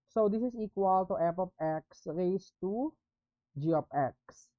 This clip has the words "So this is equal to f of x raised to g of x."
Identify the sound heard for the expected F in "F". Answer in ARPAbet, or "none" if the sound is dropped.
P